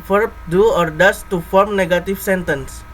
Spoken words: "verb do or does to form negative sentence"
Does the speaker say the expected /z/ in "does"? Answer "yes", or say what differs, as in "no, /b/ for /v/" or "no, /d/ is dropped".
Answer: no, /s/ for /z/